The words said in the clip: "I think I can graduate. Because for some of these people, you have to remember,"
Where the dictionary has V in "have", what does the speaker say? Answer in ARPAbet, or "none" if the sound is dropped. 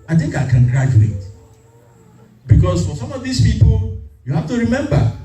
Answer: F